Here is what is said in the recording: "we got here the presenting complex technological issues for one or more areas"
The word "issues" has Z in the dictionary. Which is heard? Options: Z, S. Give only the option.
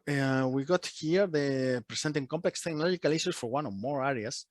S